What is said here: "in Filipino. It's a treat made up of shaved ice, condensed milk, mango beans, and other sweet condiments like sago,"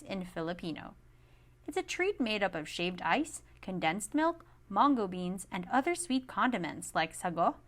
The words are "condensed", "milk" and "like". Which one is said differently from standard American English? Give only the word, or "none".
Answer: none